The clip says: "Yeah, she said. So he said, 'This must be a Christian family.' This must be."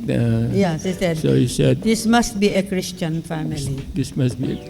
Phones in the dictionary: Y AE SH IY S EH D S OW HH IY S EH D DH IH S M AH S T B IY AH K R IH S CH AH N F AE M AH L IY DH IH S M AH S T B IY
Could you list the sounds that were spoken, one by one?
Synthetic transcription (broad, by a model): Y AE S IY S EH D S OW HH IY S EH D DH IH S M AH S T B IY AH K R IH S CH AH N F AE M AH L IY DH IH S M AH S T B IY